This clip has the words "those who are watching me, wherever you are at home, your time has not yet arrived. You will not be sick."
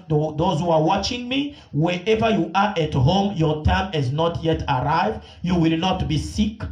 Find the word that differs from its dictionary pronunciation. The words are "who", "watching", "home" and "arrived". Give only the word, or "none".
none